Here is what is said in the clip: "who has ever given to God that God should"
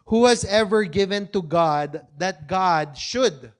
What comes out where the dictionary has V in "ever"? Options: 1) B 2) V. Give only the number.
2